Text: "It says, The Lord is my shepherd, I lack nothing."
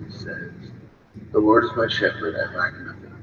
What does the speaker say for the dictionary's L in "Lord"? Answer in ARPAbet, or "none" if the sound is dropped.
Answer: W